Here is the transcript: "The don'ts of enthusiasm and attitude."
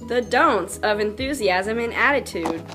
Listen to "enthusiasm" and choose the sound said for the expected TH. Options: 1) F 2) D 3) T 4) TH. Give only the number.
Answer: 4